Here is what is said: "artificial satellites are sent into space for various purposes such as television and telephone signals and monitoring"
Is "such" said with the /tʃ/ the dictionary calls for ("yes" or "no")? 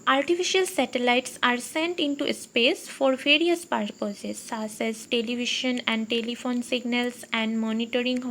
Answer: no